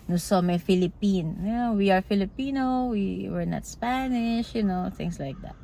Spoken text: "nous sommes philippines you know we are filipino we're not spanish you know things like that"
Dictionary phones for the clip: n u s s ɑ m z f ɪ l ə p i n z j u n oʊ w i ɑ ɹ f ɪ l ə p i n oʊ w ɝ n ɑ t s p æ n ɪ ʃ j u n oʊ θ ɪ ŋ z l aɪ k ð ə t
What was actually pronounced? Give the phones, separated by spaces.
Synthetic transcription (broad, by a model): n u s s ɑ m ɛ f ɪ l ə p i n j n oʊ w i ɑ ɹ f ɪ l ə p i n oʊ w ɝ n ɑ t s p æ n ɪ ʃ j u n oʊ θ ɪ ŋ s l aɪ k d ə t